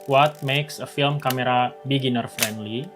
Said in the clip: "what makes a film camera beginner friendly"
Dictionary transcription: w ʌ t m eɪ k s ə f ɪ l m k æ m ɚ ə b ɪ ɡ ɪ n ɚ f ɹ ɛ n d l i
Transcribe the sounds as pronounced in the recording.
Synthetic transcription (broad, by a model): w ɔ t m eɪ k s ə f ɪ l m k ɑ m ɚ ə b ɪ ɡ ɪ n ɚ f ɹ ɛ n d l i